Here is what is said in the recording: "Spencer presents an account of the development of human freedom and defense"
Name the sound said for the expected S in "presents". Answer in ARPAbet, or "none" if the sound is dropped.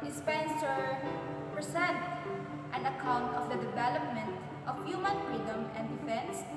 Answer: none